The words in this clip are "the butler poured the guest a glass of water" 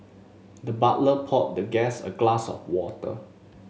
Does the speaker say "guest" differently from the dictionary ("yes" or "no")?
yes